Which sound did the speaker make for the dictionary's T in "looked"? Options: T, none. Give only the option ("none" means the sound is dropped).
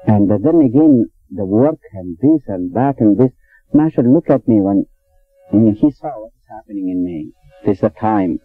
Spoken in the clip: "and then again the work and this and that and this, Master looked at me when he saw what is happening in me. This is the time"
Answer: none